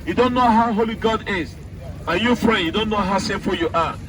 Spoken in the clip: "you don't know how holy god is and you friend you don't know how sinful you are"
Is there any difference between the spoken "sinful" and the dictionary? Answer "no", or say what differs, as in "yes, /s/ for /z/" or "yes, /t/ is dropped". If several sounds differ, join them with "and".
yes, /n/ is dropped